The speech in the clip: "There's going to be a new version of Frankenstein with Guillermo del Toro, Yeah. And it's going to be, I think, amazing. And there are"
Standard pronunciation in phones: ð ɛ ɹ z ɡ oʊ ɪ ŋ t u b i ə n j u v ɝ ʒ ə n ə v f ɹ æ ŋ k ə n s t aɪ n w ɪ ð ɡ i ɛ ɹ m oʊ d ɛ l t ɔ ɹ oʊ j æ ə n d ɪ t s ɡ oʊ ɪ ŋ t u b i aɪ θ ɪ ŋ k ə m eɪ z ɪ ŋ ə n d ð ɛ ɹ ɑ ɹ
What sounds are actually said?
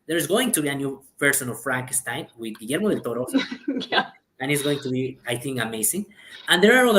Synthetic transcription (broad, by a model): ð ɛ ɹ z ɡ oʊ ɪ ŋ t u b i ə n j u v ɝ s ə n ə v f ɹ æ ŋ k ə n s t aɪ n w ɪ ð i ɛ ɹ m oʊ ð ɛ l t ɔ ɹ oʊ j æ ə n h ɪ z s ɡ oʊ ɪ ŋ t u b i aɪ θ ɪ ŋ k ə m eɪ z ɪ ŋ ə n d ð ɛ ɹ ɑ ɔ